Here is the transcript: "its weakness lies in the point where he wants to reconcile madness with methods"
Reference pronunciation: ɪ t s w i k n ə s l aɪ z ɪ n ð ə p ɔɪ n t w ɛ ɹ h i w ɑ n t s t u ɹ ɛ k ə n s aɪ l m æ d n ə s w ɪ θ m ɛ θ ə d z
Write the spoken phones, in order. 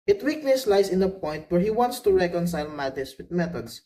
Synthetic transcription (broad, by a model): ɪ t w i k l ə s l aɪ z ɪ n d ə p ɔɪ n t w ɛ ɹ h i w ɑ n t s t u ɹ ɛ k ə n s aɪ l m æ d ə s w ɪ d m ɛ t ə d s